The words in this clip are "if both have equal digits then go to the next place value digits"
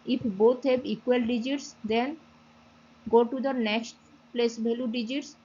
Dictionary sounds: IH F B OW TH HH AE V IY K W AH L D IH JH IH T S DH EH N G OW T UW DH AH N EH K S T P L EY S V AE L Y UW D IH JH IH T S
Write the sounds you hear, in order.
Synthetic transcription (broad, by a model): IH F B OW T HH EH B IY K W AH L D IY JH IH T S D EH N G OW T UW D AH N EH K S T P L EY S B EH L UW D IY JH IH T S